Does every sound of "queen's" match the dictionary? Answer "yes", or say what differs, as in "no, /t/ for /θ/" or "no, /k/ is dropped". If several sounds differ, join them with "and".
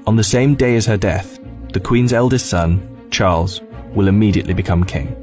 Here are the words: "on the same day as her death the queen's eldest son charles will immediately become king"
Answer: yes